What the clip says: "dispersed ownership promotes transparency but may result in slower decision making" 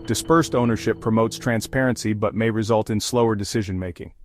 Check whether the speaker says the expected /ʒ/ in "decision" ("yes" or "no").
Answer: yes